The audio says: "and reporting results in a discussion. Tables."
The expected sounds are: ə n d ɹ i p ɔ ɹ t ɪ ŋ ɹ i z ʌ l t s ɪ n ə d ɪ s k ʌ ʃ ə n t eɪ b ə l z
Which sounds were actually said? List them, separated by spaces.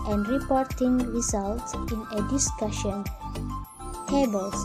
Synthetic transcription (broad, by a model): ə n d ɹ i p ɔ ɹ t ɪ ŋ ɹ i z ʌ l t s ɪ n ə d ɪ s k ʌ ʃ ə n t eɪ b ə l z